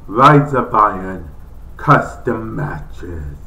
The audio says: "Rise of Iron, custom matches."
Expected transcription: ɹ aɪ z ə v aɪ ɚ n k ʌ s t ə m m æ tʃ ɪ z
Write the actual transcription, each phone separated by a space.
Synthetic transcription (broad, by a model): ɹ aɪ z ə b aɪ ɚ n k ʌ s t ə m m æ tʃ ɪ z